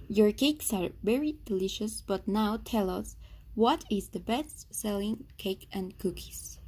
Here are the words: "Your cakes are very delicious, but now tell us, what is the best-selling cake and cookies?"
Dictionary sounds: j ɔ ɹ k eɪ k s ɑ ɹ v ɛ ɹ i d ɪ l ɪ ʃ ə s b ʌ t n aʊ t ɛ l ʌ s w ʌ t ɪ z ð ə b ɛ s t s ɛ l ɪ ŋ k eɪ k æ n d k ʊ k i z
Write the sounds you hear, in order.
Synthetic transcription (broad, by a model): j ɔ ɹ k eɪ k s ɑ ɹ v ɛ ɹ i d ɪ l ɪ ʃ ə s b ʌ t n aʊ t ɛ l ʌ s w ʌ t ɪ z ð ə b ɛ s t s ɛ l ɪ ŋ k eɪ k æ n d k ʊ k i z